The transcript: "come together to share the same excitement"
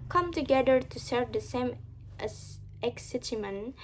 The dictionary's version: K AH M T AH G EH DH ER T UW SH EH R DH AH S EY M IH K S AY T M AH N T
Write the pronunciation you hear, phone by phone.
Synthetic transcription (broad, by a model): K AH M T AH G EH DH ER T UW S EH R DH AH S EY M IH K S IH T M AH N